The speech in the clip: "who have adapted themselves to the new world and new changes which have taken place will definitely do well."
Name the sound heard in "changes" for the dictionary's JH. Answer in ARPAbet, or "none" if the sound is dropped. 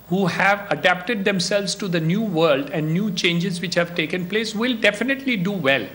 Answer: JH